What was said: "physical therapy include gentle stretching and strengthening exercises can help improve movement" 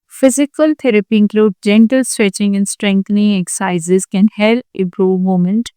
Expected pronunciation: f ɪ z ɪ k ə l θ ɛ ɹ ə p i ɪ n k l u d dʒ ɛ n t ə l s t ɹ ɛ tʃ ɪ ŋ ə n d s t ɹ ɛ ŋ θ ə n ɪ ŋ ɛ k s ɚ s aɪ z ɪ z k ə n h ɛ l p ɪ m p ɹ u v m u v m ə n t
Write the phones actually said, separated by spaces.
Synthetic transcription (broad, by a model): f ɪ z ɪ k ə l t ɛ ɹ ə p i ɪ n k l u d dʒ ɛ n t ə l s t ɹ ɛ tʃ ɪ ŋ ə n s t ɹ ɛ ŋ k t n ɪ ŋ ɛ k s s aɪ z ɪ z k ə n h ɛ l ɪ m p ɹ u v m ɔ m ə n t